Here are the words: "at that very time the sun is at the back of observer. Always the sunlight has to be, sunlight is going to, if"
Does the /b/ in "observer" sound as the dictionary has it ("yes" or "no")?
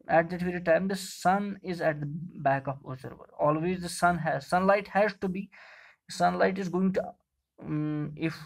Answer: no